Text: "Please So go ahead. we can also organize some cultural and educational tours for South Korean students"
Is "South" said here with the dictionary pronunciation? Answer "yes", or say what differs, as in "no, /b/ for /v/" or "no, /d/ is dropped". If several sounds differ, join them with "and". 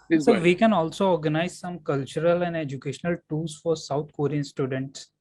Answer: no, /t/ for /θ/